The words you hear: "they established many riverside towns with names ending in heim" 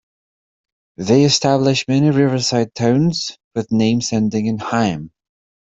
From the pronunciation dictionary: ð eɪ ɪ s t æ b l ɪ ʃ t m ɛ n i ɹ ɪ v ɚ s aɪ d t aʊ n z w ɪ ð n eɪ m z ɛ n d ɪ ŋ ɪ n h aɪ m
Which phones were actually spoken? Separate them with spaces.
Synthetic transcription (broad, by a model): ð eɪ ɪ s t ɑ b l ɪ ʃ m ɛ n i ɹ ɪ v ɚ s aɪ d t aʊ n z w ɪ ð n eɪ m s ɛ n d ɪ ŋ ɪ n h aɪ m